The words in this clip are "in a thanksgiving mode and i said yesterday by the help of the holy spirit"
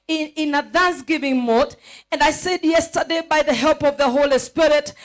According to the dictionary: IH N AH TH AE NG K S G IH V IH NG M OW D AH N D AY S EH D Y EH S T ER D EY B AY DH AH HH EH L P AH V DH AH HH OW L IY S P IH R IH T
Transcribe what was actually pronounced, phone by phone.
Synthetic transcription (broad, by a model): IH N AH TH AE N S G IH V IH NG M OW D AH N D AY S EH D Y EH S T ER D EY B AY DH AH HH EH L P AH V DH AH HH OW L IY S P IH R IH T